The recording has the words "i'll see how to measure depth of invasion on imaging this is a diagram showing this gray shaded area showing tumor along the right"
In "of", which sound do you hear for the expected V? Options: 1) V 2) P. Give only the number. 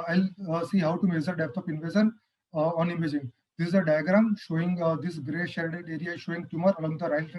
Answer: 2